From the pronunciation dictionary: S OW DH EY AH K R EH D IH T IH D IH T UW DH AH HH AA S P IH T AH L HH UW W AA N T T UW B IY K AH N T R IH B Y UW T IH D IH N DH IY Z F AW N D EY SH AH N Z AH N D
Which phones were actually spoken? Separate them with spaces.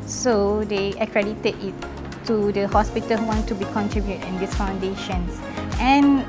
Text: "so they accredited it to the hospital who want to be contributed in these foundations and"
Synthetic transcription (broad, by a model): S OW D EY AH K R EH D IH T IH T IH T UW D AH HH AA S P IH T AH L HH UW W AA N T T UW B IY K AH N T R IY B Y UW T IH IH N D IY S F AW N D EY SH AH N S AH N